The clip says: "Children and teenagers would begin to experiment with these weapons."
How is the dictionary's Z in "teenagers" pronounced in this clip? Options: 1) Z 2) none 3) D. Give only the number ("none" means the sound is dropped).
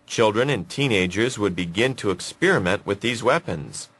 1